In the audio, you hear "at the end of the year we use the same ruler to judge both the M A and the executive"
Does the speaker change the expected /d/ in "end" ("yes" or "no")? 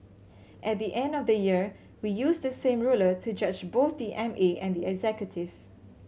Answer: no